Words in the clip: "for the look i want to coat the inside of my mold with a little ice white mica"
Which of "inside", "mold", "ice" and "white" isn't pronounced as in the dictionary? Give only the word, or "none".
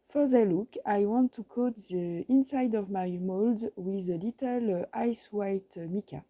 none